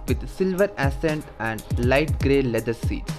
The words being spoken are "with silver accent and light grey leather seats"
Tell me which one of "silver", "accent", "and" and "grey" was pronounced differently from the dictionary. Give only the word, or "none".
accent